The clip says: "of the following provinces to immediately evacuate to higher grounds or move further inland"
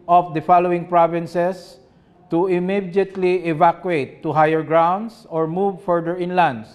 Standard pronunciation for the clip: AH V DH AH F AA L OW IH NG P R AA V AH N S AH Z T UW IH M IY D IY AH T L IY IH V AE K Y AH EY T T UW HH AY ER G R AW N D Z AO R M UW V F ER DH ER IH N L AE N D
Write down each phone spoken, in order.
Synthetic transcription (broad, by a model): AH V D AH F AA L OW IH NG P R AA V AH N S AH S T UW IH M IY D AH T L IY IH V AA K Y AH EY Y T UW HH AY ER G R AW N D S AO R M UW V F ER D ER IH N L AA N D